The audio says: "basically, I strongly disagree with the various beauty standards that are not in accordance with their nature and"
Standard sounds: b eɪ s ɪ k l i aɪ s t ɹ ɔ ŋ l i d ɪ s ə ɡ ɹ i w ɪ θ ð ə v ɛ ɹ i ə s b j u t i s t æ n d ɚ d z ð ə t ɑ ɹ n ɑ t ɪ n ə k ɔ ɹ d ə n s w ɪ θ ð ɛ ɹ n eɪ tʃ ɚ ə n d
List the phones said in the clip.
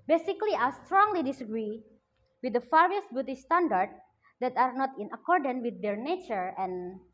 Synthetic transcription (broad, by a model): b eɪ s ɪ k l i aɪ s t ɹ ɔ ŋ l i d ɪ s ə ɡ ɹ i w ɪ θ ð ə f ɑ ɹ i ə s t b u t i s t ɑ n d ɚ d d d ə t ɑ ɹ n ɑ t ɪ n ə k ɔ ɹ d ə n w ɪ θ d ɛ ɹ n eɪ tʃ ɚ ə n